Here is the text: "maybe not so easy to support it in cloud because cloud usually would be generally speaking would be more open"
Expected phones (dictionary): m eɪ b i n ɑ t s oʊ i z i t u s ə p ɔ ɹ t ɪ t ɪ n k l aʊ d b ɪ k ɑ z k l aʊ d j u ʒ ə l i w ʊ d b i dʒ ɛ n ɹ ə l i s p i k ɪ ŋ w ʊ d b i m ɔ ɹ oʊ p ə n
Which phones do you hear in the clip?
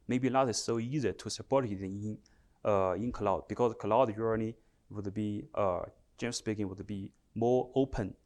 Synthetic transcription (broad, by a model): m eɪ b i l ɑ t s oʊ i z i t u s ə p ɔ ɹ t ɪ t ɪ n k l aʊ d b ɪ k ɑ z k l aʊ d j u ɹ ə n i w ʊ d b i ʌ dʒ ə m s p i k ɪ ŋ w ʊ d b i m ɔ ɹ oʊ p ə n